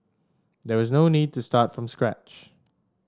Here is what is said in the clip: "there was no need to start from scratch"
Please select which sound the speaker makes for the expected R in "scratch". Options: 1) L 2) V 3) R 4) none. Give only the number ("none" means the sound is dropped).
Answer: 3